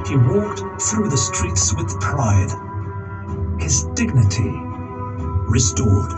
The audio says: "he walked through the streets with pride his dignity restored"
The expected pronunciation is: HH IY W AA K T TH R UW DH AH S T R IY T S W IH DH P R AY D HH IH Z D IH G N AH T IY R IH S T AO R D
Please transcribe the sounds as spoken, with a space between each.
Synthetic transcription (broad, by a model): HH IY W AA K T TH R UW DH AH S T R IY T S W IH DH P R AY D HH IH Z D IH G N AH T IY R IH S T AO R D